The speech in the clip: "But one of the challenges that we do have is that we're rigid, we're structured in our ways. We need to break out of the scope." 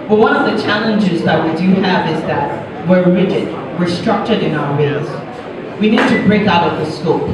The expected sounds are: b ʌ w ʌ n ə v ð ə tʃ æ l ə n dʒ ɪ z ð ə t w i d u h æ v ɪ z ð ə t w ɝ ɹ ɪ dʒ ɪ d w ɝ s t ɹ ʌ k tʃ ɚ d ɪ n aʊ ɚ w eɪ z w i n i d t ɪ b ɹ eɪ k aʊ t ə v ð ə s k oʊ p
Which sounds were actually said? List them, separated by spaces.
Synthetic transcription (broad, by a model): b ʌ w ʌ n ə v ð ə tʃ æ l ə n dʒ ɪ z ð ə t w i d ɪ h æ v ɪ z ð ə t w ɝ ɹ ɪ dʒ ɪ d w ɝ s t ɹ ʌ k tʃ ɚ d ɪ n aʊ ɚ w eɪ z w i n i d t ɪ b ɹ eɪ k aʊ t ə v ð ə s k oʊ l